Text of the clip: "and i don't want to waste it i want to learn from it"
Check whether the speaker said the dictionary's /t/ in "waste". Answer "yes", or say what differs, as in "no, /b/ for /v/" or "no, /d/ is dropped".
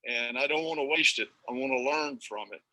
yes